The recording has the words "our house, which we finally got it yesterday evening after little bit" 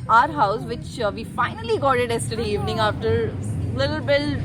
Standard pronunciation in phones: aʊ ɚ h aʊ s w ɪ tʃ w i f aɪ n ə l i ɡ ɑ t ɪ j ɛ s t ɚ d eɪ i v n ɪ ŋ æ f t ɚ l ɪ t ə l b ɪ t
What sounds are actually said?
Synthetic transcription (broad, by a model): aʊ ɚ h aʊ s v ɪ tʃ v i f aɪ n ə l i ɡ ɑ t ɪ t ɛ s t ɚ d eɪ i v n ɪ ŋ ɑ f t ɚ l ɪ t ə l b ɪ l